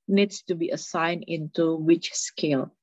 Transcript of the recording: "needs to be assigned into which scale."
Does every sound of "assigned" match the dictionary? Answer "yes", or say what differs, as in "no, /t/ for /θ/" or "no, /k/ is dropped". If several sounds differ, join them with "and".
no, /d/ is dropped